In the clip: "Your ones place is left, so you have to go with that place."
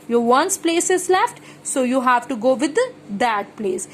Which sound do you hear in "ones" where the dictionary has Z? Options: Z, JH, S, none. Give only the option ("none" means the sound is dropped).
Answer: S